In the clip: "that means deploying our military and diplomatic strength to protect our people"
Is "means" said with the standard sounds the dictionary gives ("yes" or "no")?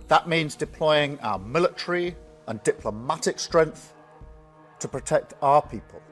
yes